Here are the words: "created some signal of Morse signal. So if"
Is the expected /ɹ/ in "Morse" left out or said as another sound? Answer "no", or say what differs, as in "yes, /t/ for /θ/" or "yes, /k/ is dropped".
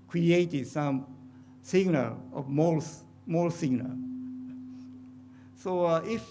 yes, /l/ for /ɹ/